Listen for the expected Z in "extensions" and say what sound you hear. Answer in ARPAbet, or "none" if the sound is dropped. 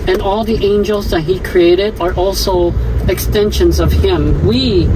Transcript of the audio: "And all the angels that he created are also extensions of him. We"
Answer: Z